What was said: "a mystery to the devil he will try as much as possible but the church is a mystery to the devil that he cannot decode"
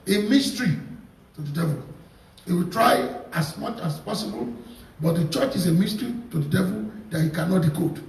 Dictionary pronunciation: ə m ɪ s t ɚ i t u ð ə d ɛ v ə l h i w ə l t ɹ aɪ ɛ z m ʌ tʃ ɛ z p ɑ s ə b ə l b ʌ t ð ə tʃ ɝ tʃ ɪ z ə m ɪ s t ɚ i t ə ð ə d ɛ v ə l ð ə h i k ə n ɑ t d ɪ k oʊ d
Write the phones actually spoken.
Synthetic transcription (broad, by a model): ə m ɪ s t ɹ i t u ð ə d ɛ v ə l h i w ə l t ɹ aɪ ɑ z m ʌ tʃ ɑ s p ɑ s ə b ə l b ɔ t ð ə tʃ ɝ tʃ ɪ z ə m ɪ s t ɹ i t ə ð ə d ɛ v ə l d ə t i k ə n ɑ t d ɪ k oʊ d